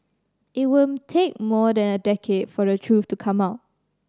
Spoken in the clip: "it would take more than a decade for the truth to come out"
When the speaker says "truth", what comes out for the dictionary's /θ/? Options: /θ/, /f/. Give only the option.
/f/